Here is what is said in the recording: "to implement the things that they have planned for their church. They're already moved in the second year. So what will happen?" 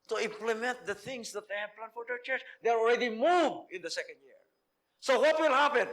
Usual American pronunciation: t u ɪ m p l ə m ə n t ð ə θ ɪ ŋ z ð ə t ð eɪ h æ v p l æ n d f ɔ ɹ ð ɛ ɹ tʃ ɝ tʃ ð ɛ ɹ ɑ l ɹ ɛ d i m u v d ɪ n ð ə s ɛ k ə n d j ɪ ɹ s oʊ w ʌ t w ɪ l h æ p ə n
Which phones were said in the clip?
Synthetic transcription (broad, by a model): t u ɪ m p l ə m ə n t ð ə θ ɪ ŋ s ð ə t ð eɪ h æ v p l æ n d f ɔ ɹ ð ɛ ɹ tʃ ɝ tʃ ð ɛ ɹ ɑ l ɹ ɛ d i m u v ɪ n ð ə s ɛ k ə n d j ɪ ɹ s oʊ w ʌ t w ɪ l h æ p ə n